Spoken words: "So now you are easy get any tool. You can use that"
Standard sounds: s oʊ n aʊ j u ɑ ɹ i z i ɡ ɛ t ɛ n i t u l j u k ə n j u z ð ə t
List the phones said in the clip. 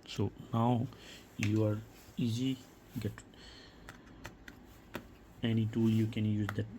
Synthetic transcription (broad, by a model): s oʊ n aʊ j u ɑ ɹ i z i ɡ ɛ t ɛ n i t u l j u k ə n j u z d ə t